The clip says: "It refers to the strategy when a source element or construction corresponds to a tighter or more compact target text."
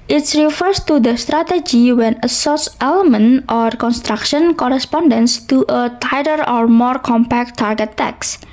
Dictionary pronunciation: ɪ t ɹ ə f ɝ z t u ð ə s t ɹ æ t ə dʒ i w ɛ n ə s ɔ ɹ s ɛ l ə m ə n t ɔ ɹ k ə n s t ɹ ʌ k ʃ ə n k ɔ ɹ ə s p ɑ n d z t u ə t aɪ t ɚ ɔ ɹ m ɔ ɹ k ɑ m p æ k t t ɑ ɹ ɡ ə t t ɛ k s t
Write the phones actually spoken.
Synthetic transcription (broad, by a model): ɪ t ɹ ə f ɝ s t u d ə s t ɹ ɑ t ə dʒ i w ɛ n ə s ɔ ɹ s ɛ l ə m ə n t ɔ ɹ k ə n s t ɹ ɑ k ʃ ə n k ɔ ɹ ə s p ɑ n d s t u ə t aɪ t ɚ ɔ ɹ m ɔ ɹ k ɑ m p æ k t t ɑ ɹ ɡ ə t t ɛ k s